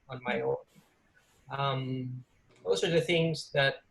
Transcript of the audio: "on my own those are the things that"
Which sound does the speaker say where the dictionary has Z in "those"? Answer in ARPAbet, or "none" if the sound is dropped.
S